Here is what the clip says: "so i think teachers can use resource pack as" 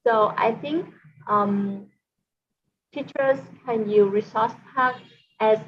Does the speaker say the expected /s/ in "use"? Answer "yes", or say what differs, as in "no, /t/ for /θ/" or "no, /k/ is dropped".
no, /s/ is dropped